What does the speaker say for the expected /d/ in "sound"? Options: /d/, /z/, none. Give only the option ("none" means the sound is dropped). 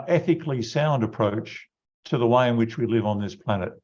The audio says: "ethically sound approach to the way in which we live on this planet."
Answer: /d/